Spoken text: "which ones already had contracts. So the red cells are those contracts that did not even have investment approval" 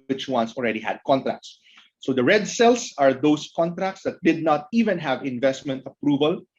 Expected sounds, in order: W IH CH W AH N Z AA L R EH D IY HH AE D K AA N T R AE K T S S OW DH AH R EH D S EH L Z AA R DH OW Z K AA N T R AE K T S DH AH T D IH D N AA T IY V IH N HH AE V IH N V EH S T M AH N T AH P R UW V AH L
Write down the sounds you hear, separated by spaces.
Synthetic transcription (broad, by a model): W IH CH W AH N S AA L R EH D IY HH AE D K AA N T R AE K T S S OW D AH R EH D S EH L S AA R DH OW S K AA N T R AE K T S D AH T D IH D N AA T IY V IH N HH AE V IH N V EH S T M AH N T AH P R UW V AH L